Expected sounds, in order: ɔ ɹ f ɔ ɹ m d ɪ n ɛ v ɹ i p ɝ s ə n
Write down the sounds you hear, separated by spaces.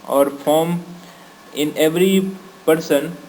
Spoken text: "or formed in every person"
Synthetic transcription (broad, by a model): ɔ ɹ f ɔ ɹ m ɪ n ɛ v ɹ i p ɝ s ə n